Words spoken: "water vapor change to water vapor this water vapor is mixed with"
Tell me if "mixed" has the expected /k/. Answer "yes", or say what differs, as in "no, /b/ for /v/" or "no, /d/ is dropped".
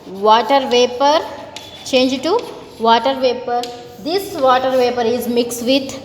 yes